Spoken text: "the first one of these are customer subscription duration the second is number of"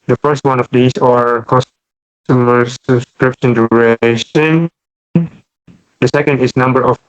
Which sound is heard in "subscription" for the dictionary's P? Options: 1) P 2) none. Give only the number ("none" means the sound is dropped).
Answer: 1